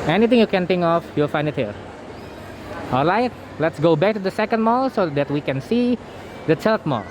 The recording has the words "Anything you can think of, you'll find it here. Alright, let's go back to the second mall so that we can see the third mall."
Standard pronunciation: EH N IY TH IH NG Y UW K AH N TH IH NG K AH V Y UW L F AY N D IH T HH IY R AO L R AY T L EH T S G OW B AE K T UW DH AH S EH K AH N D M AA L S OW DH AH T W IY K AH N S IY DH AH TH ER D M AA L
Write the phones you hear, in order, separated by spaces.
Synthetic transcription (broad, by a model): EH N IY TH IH NG Y UW K AH N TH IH NG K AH F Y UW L F AY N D IH T HH IY R AO L R AY T L EH T S G OW B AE K T UW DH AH S EH K AH N D M AA L S OW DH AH T W IY K AH N S IY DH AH T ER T M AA L